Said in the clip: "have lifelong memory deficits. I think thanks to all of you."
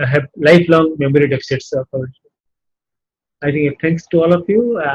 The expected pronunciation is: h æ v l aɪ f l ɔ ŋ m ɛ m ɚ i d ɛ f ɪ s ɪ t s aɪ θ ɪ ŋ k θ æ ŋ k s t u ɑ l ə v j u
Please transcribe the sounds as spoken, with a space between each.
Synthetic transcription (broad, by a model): h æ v l aɪ f l ɔ ŋ m ɛ m ɚ i d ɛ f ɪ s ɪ t s aɪ t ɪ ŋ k t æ ŋ k s t u ɑ l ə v j u